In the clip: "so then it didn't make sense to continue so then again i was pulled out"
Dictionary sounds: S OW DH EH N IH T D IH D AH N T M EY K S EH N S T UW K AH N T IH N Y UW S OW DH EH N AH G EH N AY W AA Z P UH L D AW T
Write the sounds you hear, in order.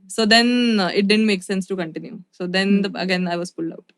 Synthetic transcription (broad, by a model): S OW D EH N IH T D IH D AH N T M EY K S EH N S T UW K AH N T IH N Y UW S OW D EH N AH G EH N AY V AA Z F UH L D AW T